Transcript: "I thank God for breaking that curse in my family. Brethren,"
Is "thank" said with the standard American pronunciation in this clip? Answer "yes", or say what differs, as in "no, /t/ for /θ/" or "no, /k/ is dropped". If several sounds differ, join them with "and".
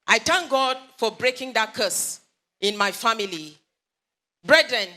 no, /t/ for /θ/